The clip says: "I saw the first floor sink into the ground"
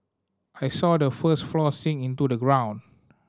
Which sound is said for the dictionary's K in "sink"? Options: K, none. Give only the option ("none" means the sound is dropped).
none